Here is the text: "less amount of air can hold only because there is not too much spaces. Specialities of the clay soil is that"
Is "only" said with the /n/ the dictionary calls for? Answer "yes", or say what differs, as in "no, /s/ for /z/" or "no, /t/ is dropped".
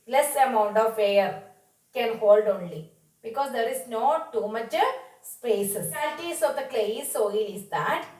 yes